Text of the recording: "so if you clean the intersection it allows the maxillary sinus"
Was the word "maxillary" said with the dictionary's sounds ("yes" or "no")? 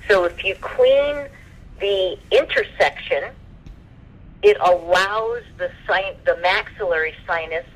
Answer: yes